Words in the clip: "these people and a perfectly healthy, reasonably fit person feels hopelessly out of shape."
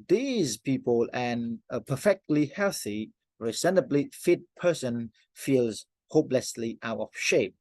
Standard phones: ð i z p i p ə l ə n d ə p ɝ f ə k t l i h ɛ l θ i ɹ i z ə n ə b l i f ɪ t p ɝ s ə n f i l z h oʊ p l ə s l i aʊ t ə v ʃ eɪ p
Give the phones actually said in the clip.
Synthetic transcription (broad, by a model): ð i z p i p ə l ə n ə p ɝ f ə k t l i h ɛ l θ i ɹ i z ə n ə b l i f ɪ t p ɝ s ə n f i l z h oʊ p l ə s l i aʊ t ə v ʃ eɪ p